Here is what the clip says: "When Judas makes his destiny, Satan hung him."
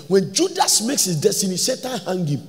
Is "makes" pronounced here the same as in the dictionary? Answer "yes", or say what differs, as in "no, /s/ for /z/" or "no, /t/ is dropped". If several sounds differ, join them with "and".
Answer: yes